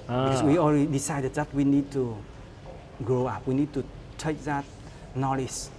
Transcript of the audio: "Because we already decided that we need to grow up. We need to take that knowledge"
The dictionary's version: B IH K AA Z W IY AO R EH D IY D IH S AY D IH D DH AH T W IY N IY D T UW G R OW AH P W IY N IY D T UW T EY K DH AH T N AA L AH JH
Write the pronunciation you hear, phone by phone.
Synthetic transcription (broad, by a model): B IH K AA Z W IY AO L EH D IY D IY S AY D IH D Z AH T W IY N IY D T UW G R OW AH P W IY N IY D T UW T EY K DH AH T N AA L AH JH